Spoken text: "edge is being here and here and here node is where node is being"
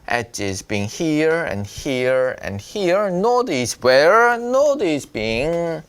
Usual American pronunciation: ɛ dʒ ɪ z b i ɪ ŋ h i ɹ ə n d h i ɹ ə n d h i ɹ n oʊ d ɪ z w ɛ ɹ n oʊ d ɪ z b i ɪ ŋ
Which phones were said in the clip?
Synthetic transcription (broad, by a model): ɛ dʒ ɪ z b i ɪ ŋ h i ɹ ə n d h i ɹ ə n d h i ɹ n oʊ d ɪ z w ɛ ɹ n oʊ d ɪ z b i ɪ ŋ